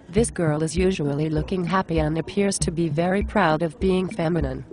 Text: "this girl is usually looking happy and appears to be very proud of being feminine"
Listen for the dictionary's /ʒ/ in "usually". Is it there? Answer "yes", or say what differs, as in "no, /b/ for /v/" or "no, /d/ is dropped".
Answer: yes